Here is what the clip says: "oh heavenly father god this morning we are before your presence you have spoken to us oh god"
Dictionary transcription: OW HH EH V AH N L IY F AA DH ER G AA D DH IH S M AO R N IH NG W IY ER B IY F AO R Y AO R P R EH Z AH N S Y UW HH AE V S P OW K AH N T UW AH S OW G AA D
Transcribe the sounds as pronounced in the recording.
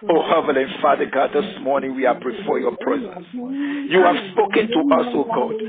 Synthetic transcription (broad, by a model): OW HH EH V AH L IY F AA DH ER G AA D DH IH S M AO R N IH NG W IY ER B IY F AO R Y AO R P R EH Z AH N S Y UW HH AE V S P OW K AH N T UW AH S OW G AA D